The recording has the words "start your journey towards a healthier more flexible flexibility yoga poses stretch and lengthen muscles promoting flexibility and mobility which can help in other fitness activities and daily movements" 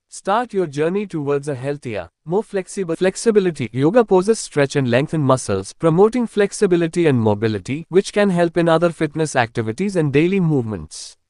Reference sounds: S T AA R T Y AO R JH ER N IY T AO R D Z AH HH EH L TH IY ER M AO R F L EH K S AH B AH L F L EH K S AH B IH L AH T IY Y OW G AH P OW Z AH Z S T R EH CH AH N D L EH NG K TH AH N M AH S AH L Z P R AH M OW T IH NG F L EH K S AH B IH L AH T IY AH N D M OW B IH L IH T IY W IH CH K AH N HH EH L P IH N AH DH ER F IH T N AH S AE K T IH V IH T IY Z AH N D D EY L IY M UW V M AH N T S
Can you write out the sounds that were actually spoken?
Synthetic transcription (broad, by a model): S T AA R T Y AO R JH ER N IY T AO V D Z AH HH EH L T IY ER M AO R F L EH K S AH B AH F L EH K S AH B IH L AH T IY Y OW G AH P OW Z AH S T R EH CH AH N D L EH NG K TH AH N M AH S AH L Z P R AH M OW T IH NG F L EH K S AH B IH L AH T IY AH N D M OW B IH L IH T IY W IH CH K AH N HH EH L P IH N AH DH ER F IH T N AH S AE K T IH V IH T IY Z AH N D D EY L IY M UW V M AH N T S